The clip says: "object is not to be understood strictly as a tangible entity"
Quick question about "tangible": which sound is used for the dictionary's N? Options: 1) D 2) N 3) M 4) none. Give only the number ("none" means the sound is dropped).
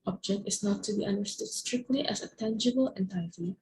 2